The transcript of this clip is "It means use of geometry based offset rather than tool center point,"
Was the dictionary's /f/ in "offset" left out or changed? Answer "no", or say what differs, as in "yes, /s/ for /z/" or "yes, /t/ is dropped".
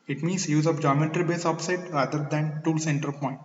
yes, /p/ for /f/